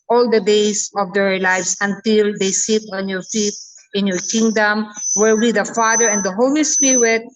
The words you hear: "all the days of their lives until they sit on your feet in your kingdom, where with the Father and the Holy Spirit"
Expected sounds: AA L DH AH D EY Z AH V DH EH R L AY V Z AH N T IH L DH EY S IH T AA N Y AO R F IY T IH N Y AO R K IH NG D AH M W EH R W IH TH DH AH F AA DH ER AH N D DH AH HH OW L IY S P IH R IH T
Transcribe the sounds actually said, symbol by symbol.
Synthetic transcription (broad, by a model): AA L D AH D EY S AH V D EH R L AY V S AH N T IH L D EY S IH T AA N Y AO R F IY T IH N Y AO R K IH NG D AH M W EH R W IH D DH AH F AA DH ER AH N D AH HH OW L IY S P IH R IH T